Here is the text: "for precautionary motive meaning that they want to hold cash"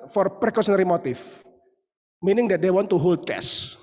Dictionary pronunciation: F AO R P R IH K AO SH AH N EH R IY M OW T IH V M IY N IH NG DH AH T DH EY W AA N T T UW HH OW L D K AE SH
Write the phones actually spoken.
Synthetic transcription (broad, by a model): F AO R P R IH K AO S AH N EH R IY M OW T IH F M IY N IH NG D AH T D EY W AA N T T UW HH OW L D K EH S